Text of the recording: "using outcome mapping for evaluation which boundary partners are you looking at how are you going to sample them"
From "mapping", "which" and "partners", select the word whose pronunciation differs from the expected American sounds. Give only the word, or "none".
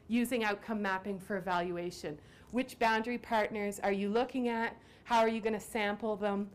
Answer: none